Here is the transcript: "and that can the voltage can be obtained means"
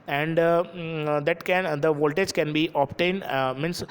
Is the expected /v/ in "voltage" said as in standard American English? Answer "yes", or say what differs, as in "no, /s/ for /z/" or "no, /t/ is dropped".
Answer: yes